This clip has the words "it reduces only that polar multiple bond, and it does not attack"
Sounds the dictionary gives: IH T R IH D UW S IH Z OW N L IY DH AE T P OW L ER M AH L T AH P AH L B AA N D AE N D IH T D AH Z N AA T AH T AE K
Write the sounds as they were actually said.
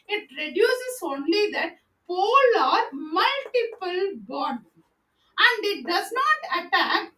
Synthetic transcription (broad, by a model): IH T R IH D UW S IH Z OW N L IY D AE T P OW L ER M AH L T AH P AH L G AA D AE N D IH T D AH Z N AA T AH T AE K